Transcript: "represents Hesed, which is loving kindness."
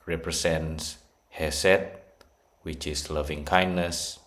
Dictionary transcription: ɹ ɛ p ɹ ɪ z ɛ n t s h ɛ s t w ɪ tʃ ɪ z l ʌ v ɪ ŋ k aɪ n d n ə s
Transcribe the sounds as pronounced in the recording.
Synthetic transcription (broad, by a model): ɹ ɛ p ɹ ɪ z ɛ n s h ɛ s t w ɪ tʃ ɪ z l ʌ v ɪ ŋ k aɪ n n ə s